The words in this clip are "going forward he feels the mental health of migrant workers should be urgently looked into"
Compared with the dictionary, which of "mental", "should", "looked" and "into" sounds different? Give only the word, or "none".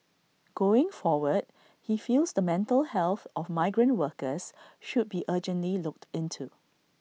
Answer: none